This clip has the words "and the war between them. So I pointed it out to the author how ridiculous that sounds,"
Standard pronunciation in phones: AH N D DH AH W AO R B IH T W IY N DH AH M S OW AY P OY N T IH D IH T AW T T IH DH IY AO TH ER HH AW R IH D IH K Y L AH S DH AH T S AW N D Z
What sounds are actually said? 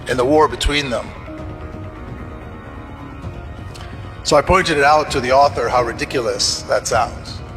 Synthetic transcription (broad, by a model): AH N DH AH W AO R B IH T W IY N DH AH M S OW AY P OY N T IH D IH T AW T T IH DH IY AO TH ER HH AW R IH D IH K Y L AH S DH AH T S AW N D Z